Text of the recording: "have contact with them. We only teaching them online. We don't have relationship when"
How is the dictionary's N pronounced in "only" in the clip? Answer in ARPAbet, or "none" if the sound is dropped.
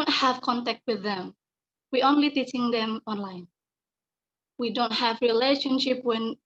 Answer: N